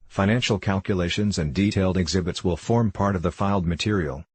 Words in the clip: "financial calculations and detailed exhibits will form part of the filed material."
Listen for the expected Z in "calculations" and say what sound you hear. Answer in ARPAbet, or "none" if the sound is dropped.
Z